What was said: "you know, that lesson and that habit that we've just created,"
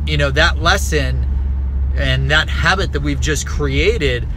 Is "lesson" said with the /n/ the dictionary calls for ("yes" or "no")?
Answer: yes